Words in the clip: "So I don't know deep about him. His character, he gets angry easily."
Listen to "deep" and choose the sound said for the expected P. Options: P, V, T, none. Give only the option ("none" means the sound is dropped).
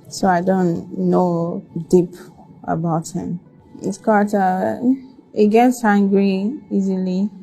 P